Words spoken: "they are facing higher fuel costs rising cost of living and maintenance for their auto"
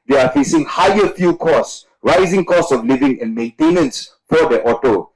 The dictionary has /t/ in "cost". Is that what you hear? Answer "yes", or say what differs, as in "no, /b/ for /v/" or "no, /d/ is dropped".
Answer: no, /t/ is dropped